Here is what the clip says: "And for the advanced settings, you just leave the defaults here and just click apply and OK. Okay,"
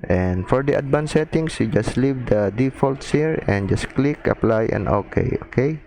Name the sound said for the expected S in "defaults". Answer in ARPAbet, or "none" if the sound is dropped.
S